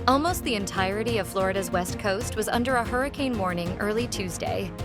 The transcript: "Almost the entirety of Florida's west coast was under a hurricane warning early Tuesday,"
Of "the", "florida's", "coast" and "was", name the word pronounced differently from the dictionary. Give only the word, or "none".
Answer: none